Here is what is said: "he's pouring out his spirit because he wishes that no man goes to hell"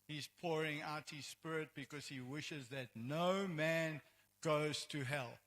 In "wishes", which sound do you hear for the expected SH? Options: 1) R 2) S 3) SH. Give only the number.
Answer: 3